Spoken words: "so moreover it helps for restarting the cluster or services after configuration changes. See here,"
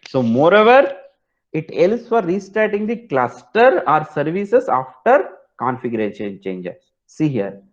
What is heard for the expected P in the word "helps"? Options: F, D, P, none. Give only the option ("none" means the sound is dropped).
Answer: none